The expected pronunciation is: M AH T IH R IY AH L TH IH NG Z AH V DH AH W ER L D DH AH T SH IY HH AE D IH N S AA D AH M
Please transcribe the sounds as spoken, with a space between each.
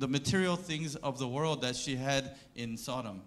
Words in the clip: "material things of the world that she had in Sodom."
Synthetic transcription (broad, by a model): M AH T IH R IY L TH IH NG Z AH V DH AH W ER L D DH AH T SH IY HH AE D IH N S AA D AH M